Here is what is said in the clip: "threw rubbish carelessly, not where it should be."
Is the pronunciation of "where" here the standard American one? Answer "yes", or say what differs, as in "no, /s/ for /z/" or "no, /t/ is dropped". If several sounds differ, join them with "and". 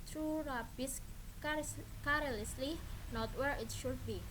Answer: yes